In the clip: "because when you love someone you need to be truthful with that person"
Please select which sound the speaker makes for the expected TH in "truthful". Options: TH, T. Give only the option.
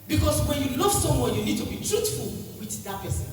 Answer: T